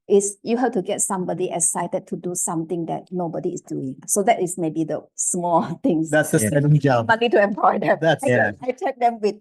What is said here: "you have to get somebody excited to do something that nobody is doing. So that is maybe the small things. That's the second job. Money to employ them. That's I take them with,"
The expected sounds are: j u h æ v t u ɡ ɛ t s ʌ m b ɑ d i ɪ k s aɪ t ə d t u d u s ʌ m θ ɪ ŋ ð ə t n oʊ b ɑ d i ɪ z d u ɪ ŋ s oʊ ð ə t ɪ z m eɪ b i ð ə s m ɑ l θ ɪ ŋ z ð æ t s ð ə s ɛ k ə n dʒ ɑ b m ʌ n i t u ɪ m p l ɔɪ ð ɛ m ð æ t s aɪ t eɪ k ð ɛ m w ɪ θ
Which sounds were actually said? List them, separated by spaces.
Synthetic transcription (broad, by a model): j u h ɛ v t u ɡ ɛ t s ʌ m b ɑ d i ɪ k s aɪ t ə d t u d u s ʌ m t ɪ ŋ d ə t n oʊ b ɑ d i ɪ s d u ɪ ŋ s oʊ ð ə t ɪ s m eɪ b i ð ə s m ɑ l t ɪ ŋ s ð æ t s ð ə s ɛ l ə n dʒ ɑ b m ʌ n i t u ɪ m p l ɔɪ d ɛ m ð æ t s aɪ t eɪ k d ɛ m w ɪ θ